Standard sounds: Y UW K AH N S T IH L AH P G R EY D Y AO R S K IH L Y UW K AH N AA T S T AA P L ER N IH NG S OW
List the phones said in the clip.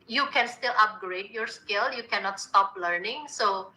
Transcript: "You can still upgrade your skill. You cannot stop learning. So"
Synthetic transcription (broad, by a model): Y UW K AH N S T IH L AH P G R EY D Y AO R S K IH L Y UW K AH N AA T S T AA P L ER N IH NG S OW